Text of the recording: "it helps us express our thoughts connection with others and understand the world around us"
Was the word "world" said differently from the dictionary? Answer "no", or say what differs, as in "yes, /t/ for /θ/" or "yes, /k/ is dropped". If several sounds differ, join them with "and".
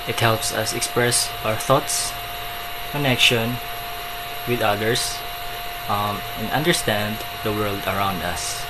no